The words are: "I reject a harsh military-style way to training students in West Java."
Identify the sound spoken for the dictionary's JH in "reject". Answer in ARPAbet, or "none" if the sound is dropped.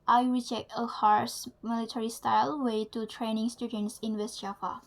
JH